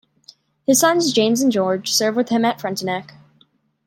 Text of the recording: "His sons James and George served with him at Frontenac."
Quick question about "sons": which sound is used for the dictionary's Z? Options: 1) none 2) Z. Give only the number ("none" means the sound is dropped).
2